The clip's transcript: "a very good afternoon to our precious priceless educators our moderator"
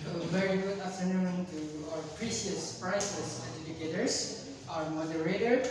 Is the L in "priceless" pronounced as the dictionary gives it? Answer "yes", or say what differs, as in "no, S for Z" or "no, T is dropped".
no, L is dropped